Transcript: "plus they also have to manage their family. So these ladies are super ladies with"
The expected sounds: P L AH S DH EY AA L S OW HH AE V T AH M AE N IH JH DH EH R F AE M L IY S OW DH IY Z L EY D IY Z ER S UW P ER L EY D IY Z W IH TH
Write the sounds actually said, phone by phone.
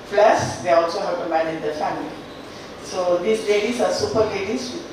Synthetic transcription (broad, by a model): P L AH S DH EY AA L S OW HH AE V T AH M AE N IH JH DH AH F AE M L IY S OW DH IY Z L EY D IY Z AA S UW P ER L EY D IY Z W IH